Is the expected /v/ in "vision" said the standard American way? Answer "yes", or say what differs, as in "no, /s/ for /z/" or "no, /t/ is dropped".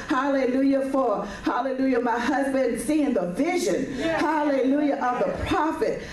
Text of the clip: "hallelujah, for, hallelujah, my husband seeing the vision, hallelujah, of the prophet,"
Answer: yes